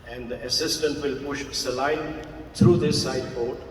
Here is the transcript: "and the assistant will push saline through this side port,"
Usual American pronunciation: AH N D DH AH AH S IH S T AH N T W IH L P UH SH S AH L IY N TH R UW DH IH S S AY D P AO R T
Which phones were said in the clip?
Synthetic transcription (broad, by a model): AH N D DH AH AH S IH S T AH N T W IH L P UH SH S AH L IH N T R UW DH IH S S AY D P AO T